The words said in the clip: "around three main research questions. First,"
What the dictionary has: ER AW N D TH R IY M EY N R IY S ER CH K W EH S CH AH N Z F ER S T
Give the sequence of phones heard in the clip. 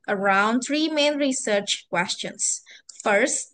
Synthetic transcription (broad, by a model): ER AW N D TH R IY M EY N R IY S ER CH K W EH S CH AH N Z F ER S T